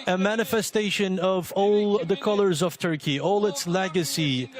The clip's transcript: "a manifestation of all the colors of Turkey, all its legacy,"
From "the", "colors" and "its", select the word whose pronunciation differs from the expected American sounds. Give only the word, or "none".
none